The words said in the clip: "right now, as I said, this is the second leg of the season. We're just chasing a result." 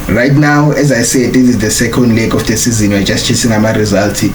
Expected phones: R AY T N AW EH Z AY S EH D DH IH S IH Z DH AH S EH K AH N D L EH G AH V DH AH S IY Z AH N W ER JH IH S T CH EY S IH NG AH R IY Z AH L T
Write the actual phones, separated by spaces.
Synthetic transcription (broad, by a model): R AY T N AW EH Z AY S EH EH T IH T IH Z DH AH S EH K AH N D L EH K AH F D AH S IY Z AH N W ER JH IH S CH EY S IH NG AH R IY Z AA L T